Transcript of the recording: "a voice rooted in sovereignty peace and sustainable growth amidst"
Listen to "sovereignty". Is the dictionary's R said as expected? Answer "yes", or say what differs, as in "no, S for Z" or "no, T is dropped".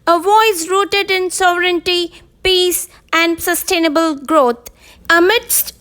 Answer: yes